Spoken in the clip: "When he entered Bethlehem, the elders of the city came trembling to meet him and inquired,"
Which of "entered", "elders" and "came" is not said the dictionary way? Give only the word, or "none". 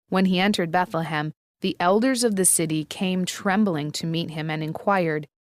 none